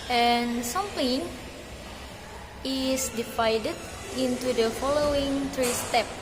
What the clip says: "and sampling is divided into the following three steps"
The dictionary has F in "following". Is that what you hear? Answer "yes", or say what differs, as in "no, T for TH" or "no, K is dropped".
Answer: yes